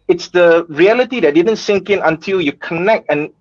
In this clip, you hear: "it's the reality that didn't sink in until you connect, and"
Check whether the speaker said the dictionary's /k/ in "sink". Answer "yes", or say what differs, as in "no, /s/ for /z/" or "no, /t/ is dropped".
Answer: yes